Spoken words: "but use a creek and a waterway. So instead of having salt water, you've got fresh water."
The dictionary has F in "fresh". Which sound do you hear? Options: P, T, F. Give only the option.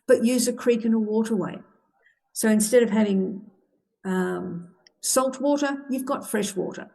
F